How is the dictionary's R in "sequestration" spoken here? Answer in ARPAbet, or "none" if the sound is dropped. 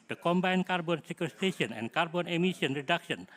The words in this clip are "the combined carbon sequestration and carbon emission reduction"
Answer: none